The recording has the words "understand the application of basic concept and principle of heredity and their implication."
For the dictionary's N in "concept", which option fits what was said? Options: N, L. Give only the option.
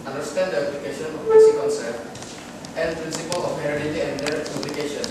L